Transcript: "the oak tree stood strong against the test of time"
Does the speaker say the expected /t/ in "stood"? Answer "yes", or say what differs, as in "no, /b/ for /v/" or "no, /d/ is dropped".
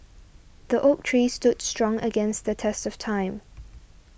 yes